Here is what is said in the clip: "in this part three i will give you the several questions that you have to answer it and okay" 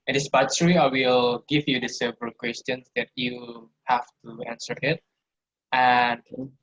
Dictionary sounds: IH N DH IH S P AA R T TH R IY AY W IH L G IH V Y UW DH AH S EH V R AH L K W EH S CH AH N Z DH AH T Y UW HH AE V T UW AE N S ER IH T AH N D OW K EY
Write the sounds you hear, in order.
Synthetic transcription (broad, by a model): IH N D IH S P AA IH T S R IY AY W IH L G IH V Y UW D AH S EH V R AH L K W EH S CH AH N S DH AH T Y UW HH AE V T UW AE N S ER IH T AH N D